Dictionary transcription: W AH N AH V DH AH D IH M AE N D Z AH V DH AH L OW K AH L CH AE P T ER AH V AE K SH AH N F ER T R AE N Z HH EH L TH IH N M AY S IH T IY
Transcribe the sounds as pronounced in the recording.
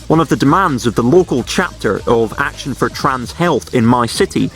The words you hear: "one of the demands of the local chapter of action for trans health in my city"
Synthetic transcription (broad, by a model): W AH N AH V DH AH D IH M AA N D Z AH V DH AH L OW K AH L CH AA P T ER AH V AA K SH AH N F ER T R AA N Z HH EH L TH IH N M AY S IH T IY